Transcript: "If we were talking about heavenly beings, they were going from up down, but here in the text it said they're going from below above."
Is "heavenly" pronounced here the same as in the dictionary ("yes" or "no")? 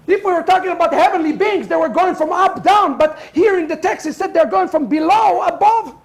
yes